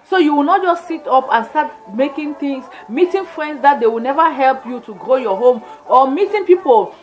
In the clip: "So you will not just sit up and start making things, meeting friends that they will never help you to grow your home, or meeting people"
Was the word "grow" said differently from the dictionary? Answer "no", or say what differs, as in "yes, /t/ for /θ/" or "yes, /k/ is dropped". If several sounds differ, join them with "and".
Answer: no